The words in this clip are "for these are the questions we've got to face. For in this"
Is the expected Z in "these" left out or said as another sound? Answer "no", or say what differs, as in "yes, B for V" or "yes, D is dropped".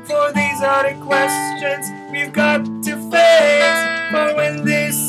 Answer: no